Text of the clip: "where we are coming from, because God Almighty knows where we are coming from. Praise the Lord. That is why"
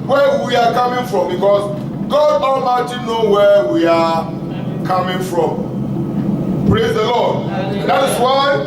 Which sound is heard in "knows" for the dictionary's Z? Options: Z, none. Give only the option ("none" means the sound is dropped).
none